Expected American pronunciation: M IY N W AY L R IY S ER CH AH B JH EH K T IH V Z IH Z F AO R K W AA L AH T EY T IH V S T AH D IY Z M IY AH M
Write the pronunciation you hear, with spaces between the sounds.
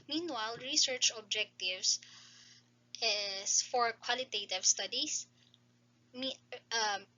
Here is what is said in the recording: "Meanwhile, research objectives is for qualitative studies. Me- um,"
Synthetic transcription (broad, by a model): M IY N W AY L R IY S ER CH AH B JH EH K T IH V S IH S F AO R K W AA L AH T EY T IH V S T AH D IY S M IY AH M